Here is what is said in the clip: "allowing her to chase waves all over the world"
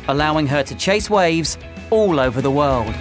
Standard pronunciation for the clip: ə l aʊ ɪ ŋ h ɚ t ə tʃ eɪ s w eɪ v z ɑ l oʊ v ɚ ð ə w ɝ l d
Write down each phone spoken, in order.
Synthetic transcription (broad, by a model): ə l aʊ ɪ ŋ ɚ t ə tʃ eɪ s w eɪ v z ɑ l oʊ v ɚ ð ə w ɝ l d